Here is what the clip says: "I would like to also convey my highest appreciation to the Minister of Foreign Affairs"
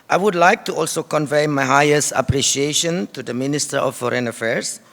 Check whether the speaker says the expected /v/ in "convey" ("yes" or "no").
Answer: yes